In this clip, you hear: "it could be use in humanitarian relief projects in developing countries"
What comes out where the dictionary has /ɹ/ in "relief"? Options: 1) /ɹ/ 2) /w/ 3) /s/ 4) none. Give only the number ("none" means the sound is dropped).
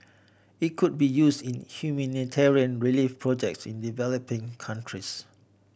1